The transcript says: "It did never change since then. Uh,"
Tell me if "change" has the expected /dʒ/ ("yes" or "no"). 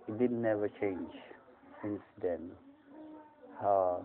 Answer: yes